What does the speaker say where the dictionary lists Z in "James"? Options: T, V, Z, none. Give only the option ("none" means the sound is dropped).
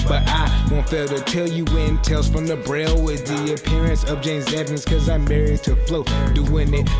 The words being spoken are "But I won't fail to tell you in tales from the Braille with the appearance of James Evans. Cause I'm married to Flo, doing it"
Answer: Z